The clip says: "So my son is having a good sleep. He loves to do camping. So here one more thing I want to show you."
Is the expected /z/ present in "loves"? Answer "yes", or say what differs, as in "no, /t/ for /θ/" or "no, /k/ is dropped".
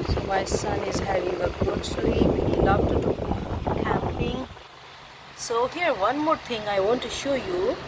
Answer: no, /z/ is dropped